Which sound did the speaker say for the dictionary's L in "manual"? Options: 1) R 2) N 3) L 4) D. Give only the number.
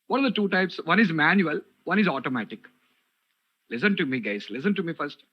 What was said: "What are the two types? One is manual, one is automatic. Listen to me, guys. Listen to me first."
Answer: 3